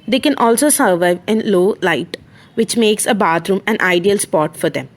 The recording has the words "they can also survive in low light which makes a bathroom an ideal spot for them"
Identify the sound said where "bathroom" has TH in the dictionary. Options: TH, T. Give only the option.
T